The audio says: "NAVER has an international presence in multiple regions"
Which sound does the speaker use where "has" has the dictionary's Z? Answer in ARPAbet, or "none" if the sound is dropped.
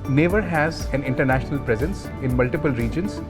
Z